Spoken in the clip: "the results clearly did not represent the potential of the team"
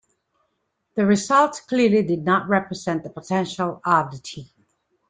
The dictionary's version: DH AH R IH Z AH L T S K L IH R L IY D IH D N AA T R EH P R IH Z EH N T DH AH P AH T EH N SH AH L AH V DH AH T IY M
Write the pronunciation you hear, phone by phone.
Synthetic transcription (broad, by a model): DH AH R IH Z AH L T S K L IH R L IY D IH D N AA T R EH P R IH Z EH N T DH AH P AH T EH N SH AH L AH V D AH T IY